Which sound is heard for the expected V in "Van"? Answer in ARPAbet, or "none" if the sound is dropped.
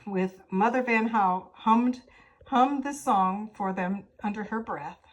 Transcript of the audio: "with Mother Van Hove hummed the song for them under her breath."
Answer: V